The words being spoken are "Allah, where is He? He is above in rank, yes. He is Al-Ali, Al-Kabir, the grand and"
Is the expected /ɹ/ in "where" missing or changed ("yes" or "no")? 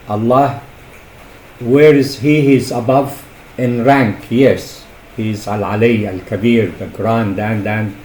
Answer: no